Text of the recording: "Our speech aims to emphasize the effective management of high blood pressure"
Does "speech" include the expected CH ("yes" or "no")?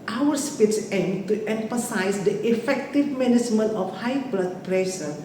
no